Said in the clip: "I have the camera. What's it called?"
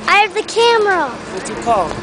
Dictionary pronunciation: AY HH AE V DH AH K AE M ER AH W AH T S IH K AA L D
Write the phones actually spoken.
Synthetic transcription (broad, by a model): AY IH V DH AH K AE M ER AH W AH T IH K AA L